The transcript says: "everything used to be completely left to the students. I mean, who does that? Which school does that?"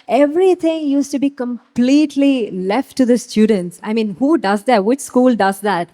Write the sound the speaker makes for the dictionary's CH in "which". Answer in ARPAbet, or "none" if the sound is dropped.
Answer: CH